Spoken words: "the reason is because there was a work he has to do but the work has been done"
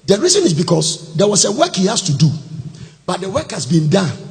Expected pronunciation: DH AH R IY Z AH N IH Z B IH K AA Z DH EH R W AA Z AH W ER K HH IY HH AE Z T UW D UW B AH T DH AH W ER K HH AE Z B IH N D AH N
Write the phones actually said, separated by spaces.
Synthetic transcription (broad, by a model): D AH R IY Z AH N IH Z B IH K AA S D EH W AA S AH W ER K HH IY HH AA S T UW D UW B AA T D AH W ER K HH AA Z B IH N D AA N